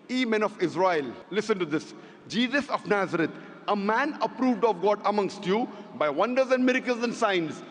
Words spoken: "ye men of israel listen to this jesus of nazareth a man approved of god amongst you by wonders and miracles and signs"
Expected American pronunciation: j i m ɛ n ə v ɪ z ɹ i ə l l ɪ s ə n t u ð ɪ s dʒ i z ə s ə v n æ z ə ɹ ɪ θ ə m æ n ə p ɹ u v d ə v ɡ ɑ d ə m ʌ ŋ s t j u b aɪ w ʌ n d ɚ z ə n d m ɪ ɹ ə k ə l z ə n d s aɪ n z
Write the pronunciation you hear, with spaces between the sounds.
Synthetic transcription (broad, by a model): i m ɛ n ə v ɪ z ɹ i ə l l ɪ s ə n t u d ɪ s dʒ i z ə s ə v n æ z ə ɹ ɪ t ə m æ n ə p ɹ u v d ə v ɡ ɑ d ə m ʌ ŋ s t j u b aɪ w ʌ n d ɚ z ə n d m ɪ ɹ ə k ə l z ə n d s aɪ n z